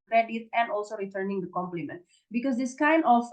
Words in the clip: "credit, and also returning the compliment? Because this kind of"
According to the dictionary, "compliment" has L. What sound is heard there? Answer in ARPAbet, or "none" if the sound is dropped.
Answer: L